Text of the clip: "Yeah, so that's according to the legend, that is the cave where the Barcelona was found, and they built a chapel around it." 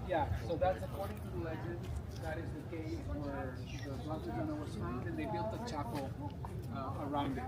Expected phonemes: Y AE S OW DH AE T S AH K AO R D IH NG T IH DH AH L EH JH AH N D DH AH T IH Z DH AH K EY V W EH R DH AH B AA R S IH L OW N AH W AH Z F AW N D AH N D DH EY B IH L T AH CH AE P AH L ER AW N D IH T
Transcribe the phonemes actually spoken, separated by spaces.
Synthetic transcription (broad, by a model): Y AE S OW DH AE T S AH K AO R D IH NG T IH DH AH L EH JH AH N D DH AH T IH Z DH AH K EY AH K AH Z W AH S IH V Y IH N OW AH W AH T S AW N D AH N DH EY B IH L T AH CH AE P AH ER AW N D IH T